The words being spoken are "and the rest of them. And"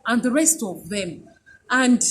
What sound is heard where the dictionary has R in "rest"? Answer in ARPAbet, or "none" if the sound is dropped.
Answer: R